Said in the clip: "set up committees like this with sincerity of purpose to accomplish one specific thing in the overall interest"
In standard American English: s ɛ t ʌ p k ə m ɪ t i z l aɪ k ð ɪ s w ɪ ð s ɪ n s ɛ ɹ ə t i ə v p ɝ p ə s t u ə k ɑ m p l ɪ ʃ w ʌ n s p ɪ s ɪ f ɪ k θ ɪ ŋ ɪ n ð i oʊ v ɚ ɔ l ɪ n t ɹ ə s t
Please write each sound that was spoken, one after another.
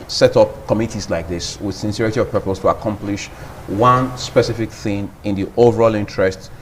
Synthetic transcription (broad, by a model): s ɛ t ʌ p k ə m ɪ t i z l aɪ k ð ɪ s w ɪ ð s ɪ n s ɛ ɹ ə t i ə v p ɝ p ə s t u ə k ɑ m p l ɪ ʃ w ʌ n s p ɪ s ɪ f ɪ k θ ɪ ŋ ɪ n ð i oʊ v ɚ ɔ l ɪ n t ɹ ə s t